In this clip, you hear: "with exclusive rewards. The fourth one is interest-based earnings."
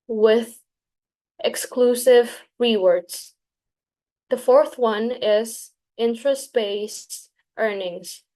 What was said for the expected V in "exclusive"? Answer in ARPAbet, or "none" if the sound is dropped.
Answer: V